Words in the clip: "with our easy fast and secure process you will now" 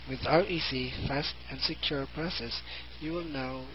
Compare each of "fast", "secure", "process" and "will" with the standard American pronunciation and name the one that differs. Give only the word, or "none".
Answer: none